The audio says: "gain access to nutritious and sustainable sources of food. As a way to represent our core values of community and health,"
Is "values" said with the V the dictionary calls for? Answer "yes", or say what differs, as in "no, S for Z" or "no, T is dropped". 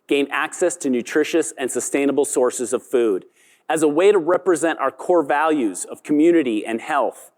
yes